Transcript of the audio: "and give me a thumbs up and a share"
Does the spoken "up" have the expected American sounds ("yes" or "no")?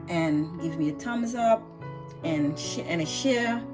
yes